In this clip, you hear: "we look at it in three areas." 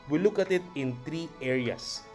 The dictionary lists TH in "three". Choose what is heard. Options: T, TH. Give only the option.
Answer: T